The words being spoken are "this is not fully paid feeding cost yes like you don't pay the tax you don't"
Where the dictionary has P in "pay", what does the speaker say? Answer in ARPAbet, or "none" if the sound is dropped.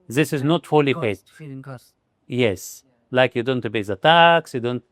B